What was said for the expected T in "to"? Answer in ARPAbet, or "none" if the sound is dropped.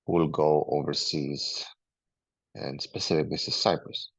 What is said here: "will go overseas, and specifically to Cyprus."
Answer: S